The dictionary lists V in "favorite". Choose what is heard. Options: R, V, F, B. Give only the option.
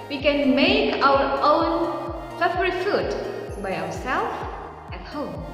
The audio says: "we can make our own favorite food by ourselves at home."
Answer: B